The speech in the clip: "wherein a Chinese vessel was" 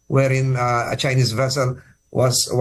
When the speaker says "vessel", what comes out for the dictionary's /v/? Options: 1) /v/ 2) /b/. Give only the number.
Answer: 1